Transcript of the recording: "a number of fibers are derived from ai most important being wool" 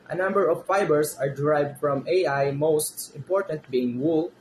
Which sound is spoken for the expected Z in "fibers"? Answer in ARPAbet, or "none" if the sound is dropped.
S